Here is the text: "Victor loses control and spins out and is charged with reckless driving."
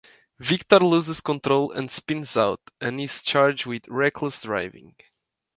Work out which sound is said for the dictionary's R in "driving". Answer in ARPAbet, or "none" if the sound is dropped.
R